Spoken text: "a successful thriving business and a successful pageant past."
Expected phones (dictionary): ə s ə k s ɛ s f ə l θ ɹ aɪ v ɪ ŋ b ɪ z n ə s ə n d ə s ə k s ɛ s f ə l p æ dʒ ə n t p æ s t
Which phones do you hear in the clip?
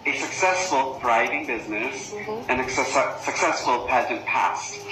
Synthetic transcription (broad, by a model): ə s ə k s ɛ s f ə l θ ɹ aɪ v ɪ ŋ b ɪ z n ə s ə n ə s ə k s ɛ s f ə l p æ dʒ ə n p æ s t